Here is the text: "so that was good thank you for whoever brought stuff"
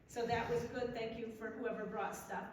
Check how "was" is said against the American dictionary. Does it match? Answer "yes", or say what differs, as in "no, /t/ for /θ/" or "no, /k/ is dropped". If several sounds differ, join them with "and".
yes